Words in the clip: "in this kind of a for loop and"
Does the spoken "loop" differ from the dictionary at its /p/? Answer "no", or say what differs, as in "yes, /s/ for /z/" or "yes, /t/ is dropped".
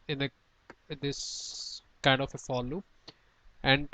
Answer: yes, /p/ is dropped